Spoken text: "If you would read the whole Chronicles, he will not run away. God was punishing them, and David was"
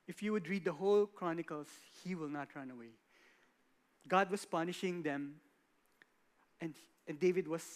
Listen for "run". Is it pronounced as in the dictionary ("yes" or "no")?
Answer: yes